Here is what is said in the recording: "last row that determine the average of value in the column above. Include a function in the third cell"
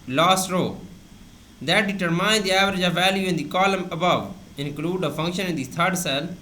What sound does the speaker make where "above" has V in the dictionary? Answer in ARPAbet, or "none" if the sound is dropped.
V